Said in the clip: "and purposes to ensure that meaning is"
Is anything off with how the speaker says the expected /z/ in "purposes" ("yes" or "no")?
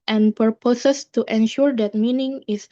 yes